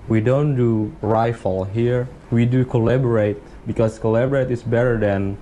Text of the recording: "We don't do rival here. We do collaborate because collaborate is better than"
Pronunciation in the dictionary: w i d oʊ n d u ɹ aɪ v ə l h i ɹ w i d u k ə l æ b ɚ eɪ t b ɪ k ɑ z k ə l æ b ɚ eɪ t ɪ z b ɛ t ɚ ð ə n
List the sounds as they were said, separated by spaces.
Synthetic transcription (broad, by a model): w i d oʊ n d u ɹ aɪ f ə l h i ɹ w i d u k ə l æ b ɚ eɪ t b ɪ k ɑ s k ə l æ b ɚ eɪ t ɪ s b ɛ t ɚ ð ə n